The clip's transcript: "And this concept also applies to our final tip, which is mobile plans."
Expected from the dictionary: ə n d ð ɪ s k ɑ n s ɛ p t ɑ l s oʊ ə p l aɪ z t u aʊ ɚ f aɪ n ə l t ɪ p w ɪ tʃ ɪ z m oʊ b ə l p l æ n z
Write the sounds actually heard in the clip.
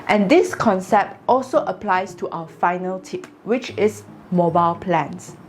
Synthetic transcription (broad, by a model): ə n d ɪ s k ɑ n s ɛ p t ɑ l s oʊ ə p l aɪ s t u aʊ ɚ f aɪ n ə l t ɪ p w ɪ tʃ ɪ s m oʊ b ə l p l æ n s